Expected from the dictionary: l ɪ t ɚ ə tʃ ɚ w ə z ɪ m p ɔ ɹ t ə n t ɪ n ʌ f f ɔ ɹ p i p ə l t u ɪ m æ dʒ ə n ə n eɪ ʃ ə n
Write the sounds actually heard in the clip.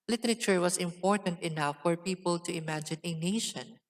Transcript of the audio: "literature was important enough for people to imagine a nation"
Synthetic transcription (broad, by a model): l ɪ t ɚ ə tʃ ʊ w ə s ɪ m p ɔ ɹ t ə n t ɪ n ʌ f f ɔ ɹ p i p ə l t u ɪ m æ dʒ ə n ə n eɪ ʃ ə n